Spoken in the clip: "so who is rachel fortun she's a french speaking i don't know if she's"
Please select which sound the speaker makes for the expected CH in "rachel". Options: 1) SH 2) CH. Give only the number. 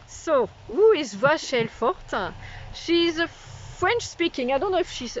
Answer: 1